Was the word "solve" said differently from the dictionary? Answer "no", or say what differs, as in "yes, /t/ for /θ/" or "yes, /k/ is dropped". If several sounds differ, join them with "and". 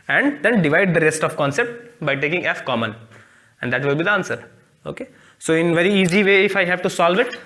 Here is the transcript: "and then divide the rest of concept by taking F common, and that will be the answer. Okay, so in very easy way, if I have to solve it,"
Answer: no